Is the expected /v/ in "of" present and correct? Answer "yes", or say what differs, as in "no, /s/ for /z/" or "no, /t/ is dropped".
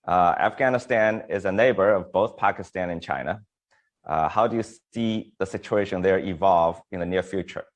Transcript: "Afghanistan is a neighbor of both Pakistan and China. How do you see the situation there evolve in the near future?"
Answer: yes